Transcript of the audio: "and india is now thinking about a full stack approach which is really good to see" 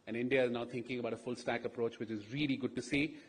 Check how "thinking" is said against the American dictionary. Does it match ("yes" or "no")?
no